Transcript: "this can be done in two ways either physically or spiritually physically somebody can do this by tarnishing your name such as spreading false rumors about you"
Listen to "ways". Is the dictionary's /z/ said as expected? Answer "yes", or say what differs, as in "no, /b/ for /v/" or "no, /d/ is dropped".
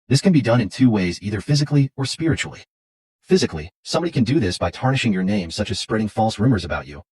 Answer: yes